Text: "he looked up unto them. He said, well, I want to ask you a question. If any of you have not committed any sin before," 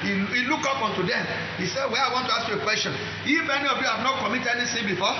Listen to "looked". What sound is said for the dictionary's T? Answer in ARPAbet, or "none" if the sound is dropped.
none